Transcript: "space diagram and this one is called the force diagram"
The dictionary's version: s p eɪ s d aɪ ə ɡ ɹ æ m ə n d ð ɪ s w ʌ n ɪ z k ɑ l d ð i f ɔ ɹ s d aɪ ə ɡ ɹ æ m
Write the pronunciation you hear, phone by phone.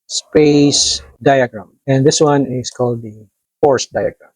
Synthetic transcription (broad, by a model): s p eɪ s d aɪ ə ɡ ɹ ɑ m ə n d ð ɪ s w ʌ n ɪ s k ɑ l d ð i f ɔ ɹ s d aɪ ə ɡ ɹ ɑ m